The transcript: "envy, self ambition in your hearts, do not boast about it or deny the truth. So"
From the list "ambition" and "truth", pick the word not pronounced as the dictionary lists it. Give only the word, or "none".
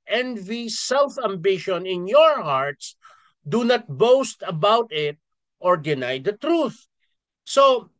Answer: none